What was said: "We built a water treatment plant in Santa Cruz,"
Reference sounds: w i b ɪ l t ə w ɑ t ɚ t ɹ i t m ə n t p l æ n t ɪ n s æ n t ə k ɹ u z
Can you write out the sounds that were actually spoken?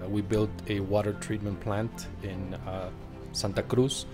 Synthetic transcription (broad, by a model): w i b ɪ l t ə w ɑ t ɚ t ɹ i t m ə n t p l æ n t ɪ n s æ n t ə k ɹ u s